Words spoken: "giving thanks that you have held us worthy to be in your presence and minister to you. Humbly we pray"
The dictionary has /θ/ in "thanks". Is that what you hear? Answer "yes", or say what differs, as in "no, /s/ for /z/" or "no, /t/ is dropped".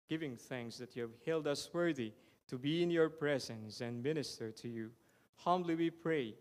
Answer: yes